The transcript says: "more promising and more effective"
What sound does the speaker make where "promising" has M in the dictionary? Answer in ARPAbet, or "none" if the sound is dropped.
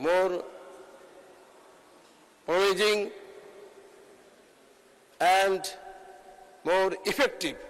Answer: none